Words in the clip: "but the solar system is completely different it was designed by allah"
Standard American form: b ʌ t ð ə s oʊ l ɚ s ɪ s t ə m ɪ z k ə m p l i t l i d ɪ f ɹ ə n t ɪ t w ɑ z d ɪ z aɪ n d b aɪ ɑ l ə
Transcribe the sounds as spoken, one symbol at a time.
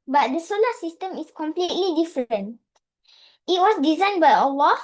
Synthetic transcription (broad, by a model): b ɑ t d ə s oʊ l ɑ s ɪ s t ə m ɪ s k ə m p l i t l i d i f ɹ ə n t ɪ t w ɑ s d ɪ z aɪ n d b aɪ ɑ l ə